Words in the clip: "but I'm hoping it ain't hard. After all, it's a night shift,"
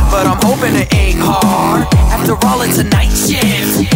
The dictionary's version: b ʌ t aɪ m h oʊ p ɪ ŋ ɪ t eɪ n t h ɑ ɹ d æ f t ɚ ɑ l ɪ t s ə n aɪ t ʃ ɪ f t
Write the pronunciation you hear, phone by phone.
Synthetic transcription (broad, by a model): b ʌ t aɪ m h oʊ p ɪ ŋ ɪ t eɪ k ɑ ɹ æ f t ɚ ɑ l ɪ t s ə n aɪ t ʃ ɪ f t